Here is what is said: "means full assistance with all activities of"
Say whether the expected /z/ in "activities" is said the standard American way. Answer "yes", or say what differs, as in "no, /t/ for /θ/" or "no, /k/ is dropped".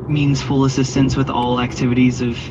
yes